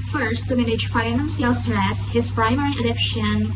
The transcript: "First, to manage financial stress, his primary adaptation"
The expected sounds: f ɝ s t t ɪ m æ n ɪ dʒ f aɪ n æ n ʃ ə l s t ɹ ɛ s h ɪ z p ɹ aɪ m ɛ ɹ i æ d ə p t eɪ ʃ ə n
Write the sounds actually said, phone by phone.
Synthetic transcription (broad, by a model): f ɝ s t t ɪ m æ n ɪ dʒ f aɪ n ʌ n s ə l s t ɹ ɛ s h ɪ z p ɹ aɪ m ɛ ɹ i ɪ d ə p ʃ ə n